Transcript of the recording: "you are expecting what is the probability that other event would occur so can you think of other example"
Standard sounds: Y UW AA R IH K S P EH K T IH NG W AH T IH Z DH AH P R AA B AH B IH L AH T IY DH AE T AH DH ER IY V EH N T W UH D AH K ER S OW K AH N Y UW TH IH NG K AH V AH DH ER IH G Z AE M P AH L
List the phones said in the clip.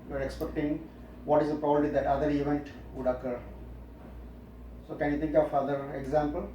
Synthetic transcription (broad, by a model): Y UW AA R IH K S P EH K T IH NG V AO T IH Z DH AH P R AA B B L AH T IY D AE T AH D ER IY V EH N T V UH D AH K ER S OW K AH N Y UW T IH NG K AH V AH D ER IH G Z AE M P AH L